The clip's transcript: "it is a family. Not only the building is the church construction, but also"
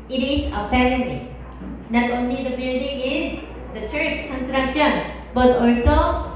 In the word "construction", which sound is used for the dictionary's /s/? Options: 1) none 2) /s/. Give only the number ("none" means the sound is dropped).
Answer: 2